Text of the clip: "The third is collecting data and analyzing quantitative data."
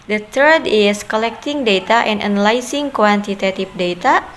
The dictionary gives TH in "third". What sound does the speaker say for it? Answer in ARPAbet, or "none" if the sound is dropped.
T